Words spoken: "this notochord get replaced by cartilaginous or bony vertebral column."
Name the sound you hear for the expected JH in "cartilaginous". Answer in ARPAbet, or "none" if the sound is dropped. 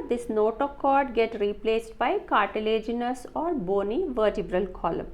JH